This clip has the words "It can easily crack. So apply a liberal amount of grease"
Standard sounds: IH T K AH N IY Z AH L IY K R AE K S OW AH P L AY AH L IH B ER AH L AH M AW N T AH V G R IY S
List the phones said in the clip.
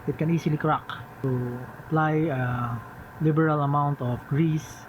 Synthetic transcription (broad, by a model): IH T K AH N IY S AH L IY K R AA K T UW AH P L AY AH L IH B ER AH L AH M AW N T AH F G R IY S